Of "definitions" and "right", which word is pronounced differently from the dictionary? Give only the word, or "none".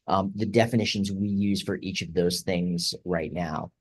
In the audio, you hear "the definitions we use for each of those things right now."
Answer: none